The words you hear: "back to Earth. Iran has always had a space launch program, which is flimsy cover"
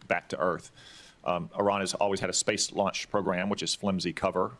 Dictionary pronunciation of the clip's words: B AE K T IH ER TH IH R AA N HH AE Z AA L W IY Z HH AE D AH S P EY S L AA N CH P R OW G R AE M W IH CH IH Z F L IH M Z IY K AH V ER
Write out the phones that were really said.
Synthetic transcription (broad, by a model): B AE K T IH ER TH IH R AA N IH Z AA L W IY Z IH D AH S P EY S L AA N CH P R OW G R AE M W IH CH IH Z F L IH M Z IY K AH V ER